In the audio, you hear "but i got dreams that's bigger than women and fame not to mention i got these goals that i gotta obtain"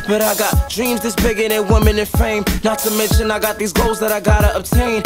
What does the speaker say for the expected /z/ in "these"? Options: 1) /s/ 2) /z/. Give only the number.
2